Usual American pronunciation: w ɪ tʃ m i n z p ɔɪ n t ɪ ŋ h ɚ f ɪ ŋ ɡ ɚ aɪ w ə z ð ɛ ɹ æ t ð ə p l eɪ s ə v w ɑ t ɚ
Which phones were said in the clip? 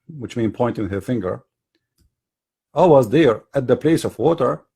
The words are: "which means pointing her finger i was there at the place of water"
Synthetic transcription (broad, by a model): w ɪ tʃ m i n p ɔɪ n t ɪ ŋ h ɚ f ɪ ŋ ɡ ɚ aɪ w ə z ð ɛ ɹ æ t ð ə p l eɪ s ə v w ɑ t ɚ